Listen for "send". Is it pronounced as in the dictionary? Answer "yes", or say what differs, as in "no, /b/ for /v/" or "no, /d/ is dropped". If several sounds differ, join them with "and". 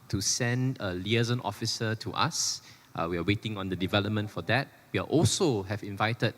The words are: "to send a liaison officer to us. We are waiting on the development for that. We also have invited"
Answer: yes